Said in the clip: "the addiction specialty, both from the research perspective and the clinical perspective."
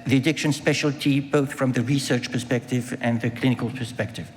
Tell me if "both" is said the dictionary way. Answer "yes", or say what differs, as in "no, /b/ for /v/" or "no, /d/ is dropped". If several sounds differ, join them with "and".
yes